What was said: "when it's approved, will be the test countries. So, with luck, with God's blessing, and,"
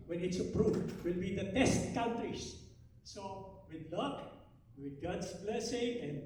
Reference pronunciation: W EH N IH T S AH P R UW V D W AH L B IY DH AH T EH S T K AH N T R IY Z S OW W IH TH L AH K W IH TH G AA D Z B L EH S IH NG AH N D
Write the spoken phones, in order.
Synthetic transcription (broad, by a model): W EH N IH T S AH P R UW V W AH L B IY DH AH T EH S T K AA N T R IY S S OW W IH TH L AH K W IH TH G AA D S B L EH S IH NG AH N